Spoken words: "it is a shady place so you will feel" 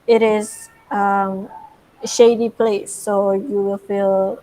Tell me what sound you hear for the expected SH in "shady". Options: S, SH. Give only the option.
SH